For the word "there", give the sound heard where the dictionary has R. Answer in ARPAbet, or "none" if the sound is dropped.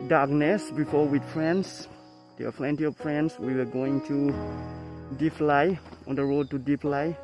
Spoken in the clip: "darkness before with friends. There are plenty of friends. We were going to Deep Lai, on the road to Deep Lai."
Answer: W